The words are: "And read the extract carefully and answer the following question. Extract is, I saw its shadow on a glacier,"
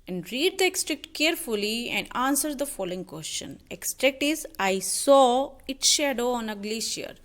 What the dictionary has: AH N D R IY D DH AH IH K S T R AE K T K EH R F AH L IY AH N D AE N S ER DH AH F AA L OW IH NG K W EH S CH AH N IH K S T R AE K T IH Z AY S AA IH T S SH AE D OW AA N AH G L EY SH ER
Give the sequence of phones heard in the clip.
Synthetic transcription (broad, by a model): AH N D R IY D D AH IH K S T R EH K T K EH R F AH L IY AH N D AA N S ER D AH F AA L OW IH NG K W EH S CH AH N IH K S T R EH K T IH Z AY S AA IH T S SH AE D OW AA N AH G L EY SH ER